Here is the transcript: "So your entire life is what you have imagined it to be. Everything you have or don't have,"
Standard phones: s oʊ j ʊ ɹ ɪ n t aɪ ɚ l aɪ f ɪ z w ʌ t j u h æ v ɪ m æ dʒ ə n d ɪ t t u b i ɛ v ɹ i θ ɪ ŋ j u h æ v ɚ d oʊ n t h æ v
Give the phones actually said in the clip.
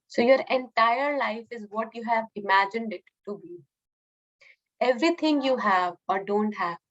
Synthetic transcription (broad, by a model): s oʊ j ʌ ɹ ɪ n t aɪ ɚ l aɪ f ɪ z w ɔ t j u h æ v ɪ m æ dʒ ə n d ɪ t t u b i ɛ v ɹ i t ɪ ŋ j u h æ v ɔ d oʊ n t h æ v